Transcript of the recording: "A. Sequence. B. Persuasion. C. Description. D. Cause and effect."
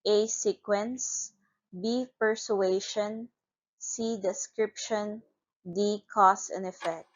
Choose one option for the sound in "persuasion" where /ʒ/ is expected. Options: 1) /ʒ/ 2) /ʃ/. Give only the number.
2